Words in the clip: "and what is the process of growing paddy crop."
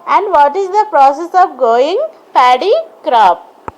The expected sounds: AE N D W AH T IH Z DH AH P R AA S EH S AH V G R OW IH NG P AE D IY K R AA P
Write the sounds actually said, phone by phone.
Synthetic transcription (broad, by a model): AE N D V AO T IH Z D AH P R AA S EH S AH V G OW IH NG P AE D IY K R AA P